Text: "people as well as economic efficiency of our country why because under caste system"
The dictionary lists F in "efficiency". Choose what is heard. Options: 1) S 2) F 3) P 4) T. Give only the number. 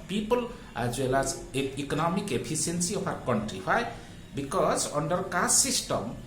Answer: 3